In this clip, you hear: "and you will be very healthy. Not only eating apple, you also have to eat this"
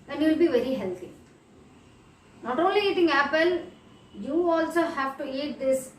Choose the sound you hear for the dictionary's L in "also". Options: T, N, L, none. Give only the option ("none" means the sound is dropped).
L